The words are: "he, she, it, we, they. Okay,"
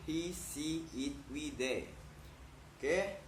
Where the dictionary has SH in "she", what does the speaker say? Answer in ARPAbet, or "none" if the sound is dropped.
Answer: S